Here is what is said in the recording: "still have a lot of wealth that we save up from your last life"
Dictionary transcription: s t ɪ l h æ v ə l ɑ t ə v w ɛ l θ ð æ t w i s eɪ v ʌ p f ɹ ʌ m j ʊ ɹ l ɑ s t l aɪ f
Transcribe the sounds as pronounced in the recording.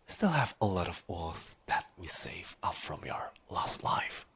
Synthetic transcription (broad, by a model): s t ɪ l h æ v ə l ɑ t ə v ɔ θ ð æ t w i s eɪ v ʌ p f ɹ ʌ m j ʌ ɹ l ɑ s t l aɪ f